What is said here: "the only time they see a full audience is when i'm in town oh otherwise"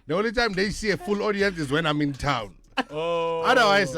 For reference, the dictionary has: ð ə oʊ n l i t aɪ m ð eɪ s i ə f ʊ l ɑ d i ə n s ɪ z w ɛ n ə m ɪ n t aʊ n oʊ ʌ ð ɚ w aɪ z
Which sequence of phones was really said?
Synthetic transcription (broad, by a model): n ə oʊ l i t aɪ m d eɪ s i ə f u l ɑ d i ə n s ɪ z w ɛ n ə m ɪ n t aʊ n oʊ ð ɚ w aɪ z